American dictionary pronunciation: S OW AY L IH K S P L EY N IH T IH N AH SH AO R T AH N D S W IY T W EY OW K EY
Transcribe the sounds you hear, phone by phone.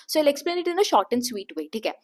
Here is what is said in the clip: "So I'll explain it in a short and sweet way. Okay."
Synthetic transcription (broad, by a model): S OW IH L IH K S P L EY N IH T IH N AH SH AO R T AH N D S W IY T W EY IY K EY